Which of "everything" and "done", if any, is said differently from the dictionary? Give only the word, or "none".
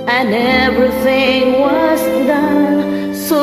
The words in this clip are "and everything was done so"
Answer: none